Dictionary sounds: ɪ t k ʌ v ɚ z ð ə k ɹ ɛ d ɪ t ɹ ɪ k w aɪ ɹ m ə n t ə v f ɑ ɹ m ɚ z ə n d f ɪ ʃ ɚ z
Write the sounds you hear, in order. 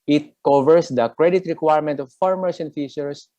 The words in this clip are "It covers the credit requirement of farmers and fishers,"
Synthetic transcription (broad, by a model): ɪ t k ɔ v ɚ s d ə k ɹ ɛ d ɪ t ɹ ɪ k w aɪ ɹ m ə n t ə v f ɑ ɹ m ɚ s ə n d f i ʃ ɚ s